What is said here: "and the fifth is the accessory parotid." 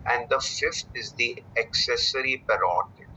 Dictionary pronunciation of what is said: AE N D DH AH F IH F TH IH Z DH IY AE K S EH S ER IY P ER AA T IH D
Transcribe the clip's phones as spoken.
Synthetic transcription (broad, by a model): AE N D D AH F IH F T IH Z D IY AE K S EH S ER IY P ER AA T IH